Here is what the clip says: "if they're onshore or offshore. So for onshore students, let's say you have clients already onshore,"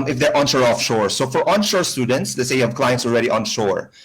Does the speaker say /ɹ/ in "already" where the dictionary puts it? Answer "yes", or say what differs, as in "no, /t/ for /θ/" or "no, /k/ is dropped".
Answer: no, /l/ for /ɹ/